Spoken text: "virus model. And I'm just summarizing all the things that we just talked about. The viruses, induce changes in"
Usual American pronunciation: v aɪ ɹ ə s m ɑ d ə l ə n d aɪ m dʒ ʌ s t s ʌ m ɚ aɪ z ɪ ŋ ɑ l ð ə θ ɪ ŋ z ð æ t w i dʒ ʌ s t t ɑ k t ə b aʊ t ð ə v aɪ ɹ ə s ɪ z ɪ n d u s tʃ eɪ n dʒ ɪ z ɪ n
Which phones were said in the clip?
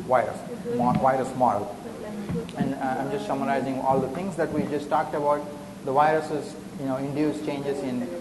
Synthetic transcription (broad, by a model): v aɪ ɹ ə s m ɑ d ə l ə n d aɪ m dʒ ʌ s t s ʌ m ɚ aɪ z ɪ ŋ ɑ l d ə t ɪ ŋ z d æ t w i dʒ ʌ s t t ɑ k t ə b aʊ t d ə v aɪ ɹ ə s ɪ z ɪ n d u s tʃ eɪ n dʒ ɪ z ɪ n